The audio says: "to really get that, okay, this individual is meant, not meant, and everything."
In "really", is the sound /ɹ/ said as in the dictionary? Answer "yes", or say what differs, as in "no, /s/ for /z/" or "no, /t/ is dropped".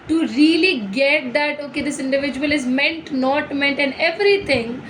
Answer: yes